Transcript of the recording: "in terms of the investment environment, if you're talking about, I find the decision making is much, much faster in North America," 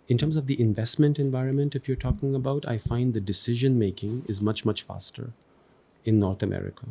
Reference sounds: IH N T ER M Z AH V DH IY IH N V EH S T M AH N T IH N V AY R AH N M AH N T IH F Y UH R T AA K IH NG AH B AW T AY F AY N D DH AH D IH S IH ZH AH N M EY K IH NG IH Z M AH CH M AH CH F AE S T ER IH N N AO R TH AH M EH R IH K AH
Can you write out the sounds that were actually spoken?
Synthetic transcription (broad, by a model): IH N T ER M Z AH V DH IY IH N V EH S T M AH N T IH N V AY R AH N M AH N T IH F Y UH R T AA K IH NG AH B AW T AY F AY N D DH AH D IH S IH ZH AH N M EY K IH NG IH Z M AH CH M AH CH F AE S T ER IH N N AO R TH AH M EH R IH K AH